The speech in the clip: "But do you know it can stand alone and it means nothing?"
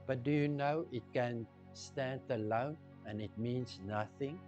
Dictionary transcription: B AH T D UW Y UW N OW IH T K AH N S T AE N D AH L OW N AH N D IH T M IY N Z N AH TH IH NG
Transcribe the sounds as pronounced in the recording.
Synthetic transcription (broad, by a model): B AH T D UW Y UW N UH IH T K AH N S T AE N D AH L OW N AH N IH T M IY N S N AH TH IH NG